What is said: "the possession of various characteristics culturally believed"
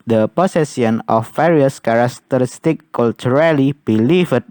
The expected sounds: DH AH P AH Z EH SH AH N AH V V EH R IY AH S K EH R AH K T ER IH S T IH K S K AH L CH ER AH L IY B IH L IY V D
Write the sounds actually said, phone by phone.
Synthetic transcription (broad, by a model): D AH P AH S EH S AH N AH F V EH R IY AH S K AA R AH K T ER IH S T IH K K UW L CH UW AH L IY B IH L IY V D